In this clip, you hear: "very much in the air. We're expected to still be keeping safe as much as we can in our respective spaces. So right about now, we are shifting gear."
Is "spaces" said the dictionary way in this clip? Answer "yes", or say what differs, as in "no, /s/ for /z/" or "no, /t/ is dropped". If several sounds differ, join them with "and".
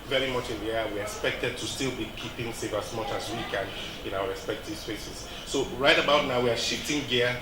no, /f/ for /p/